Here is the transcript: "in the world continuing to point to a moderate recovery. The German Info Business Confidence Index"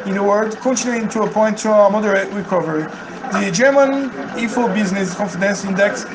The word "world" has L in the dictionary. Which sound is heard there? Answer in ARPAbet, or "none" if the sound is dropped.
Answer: none